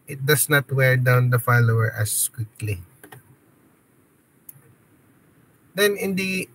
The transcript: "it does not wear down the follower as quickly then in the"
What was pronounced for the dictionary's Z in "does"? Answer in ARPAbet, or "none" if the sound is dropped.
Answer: S